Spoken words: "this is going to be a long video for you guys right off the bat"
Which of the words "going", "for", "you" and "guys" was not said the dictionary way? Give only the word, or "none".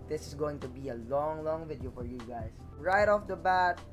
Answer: guys